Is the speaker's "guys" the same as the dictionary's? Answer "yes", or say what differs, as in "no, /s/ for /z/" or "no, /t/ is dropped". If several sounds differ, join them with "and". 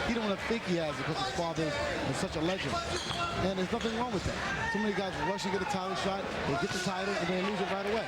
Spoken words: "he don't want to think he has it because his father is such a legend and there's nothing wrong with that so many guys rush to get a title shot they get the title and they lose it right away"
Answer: yes